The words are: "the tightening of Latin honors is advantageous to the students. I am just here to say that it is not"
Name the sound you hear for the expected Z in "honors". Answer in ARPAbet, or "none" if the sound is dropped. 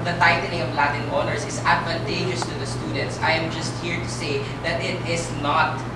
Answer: S